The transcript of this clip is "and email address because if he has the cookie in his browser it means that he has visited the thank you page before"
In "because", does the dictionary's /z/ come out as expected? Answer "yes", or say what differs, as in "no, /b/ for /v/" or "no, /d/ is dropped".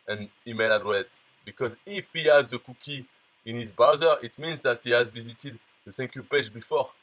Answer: yes